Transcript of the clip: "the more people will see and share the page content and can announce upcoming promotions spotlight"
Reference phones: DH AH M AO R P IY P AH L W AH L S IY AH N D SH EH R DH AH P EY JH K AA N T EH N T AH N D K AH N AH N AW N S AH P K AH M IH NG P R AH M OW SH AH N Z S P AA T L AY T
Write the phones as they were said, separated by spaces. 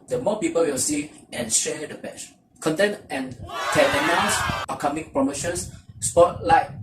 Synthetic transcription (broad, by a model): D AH M AO P IY P AH L W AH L S IY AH N SH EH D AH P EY CH K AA N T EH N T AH N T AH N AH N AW S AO K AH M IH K P R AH M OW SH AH N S S P AA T L AY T